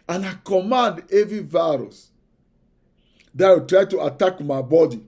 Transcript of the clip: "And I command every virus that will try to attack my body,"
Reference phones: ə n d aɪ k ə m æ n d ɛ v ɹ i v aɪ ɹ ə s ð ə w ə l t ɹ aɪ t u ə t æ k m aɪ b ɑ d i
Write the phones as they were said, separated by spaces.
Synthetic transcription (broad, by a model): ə n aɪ k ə m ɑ n d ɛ v i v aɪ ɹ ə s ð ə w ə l t ɹ aɪ t u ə t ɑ k m aɪ b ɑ d i